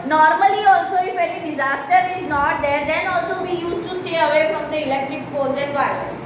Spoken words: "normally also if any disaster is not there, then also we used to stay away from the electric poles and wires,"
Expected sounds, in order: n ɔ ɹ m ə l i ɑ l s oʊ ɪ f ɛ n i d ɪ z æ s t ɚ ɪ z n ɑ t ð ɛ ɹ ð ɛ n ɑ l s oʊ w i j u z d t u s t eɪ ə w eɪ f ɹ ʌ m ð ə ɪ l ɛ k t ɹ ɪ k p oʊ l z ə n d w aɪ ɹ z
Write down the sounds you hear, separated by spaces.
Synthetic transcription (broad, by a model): n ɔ ɹ m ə l i ɑ l s oʊ ɪ f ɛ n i d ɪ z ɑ s t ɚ ɪ z n ɑ t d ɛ ɹ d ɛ n ɑ l s oʊ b i j u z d t u s t eɪ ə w eɪ f ɹ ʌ m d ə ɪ l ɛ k t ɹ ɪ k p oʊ z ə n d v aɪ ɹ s